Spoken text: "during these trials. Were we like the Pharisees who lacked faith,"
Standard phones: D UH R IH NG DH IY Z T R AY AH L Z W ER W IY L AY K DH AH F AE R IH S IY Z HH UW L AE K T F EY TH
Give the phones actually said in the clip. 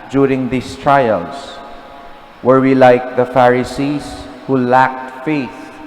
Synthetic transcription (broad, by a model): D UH R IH NG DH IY S T R AY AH L S W ER W IY L AY K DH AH F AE R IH S IY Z HH UW L AE K T F EY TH